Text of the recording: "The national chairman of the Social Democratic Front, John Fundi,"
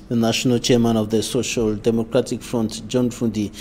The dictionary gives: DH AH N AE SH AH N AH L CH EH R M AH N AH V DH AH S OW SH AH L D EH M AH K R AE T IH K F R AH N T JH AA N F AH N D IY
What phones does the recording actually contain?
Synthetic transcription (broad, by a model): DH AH N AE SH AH N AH L CH EH R M AH N AH V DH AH S OW SH AH L D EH M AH K R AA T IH K F R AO N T JH AA N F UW N D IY